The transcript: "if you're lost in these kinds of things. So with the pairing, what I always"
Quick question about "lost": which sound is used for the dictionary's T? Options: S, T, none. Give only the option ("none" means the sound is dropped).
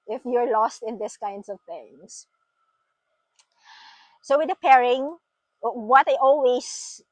T